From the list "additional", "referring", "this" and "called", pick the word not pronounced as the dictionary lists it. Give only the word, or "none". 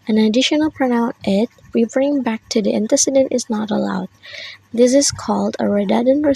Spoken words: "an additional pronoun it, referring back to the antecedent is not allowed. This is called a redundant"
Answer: referring